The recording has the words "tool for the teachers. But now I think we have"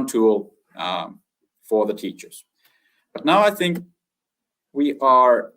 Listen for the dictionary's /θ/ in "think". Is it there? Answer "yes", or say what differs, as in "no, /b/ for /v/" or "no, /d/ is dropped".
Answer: yes